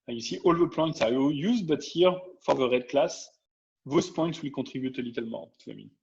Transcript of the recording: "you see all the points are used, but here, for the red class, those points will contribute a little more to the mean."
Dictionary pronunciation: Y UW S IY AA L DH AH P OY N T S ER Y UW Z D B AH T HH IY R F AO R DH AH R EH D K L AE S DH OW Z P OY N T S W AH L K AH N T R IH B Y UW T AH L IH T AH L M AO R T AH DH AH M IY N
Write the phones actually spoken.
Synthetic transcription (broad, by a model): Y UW S IY AA L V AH P OY N T S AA Y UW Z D B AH T HH IY R F AO R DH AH R EH D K L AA S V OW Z P OY N T S W AH L K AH T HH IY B Y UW T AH L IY T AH L M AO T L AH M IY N